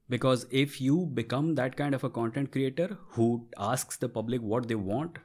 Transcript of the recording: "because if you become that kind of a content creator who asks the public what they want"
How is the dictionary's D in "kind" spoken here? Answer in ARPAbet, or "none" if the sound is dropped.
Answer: D